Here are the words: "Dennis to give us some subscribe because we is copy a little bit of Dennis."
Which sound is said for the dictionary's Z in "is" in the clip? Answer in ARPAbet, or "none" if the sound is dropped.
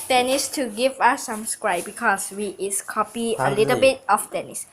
S